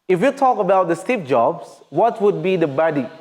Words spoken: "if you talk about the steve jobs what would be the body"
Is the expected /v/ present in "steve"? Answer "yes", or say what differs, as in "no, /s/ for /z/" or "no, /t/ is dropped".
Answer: no, /p/ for /v/